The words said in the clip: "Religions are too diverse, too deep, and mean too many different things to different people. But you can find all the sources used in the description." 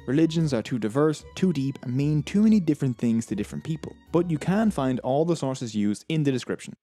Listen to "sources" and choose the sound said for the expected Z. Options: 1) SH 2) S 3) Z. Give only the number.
3